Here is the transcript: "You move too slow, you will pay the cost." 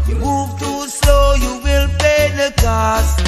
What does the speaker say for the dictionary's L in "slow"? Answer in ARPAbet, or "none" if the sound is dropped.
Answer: none